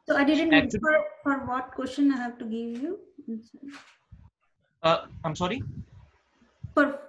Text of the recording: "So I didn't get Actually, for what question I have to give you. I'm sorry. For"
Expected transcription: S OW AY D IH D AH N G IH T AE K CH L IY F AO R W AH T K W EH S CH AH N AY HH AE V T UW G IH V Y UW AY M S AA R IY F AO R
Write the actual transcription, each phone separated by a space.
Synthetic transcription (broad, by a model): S OW AY D IH D AH N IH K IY F AO R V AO T K W EH S CH AH N AY HH AE V T UW G IH V Y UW AY M S AA R IY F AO R